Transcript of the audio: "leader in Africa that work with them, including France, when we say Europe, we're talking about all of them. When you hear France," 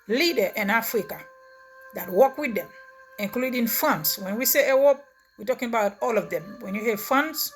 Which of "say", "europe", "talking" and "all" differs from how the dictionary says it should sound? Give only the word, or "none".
europe